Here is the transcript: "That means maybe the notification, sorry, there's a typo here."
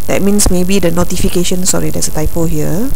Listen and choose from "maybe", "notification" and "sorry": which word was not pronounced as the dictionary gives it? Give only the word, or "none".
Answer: none